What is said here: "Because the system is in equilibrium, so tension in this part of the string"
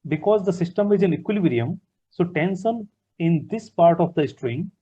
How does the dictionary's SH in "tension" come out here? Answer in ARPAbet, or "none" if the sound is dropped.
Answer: S